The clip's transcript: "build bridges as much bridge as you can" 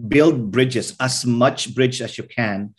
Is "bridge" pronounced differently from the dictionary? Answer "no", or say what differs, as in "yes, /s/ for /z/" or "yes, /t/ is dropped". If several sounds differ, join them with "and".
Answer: no